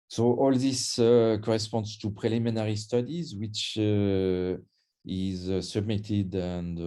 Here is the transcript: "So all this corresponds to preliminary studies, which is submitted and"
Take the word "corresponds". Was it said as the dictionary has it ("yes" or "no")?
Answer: yes